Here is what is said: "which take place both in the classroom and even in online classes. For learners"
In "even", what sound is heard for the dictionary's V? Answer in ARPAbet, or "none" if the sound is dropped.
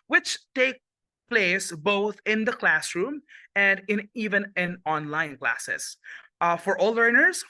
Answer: V